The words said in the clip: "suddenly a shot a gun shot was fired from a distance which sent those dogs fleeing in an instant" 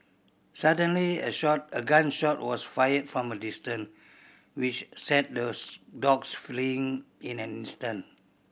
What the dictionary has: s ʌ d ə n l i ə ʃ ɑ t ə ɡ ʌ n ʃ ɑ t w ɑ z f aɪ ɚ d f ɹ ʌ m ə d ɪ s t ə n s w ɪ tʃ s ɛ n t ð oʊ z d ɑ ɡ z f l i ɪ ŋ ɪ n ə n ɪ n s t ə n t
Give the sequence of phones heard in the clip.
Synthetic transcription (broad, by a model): s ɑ d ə n l i ə ʃ ɑ t ə ɡ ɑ n ʃ ɑ t w ɑ s f aɪ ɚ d f ɹ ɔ m ə d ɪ s t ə n w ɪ tʃ s ɛ t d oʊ d ɑ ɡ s f l i ɪ ŋ ɪ n ə n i n s t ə n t